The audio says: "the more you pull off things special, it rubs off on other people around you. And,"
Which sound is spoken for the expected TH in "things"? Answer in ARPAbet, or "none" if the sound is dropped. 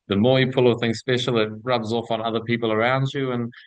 TH